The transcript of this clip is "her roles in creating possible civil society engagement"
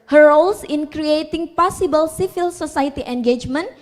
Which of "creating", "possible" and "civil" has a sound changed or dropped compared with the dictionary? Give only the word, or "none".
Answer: civil